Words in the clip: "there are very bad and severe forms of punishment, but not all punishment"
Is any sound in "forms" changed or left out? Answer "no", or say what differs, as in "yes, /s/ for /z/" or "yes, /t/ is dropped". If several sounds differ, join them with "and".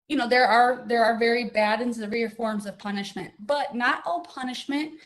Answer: no